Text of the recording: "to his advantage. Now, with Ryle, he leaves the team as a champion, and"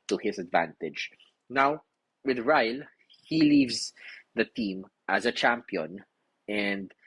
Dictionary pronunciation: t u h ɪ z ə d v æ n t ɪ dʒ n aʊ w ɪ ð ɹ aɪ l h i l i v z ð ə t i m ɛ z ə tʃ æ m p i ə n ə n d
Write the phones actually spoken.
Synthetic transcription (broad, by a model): t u h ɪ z ə d v æ n t ɪ dʒ n aʊ w ɪ ð ɹ aɪ l h i l i v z ð ə t i m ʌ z ə tʃ æ m p i ə n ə n d